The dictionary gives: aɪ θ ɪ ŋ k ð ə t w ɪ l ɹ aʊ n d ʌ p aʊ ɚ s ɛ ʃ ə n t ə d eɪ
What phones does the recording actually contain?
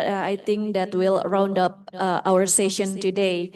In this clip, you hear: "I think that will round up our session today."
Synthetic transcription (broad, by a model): aɪ t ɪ ŋ k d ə t w ɪ l ɹ aʊ n d ʌ p aʊ ɚ s ɛ ʃ ə n t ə d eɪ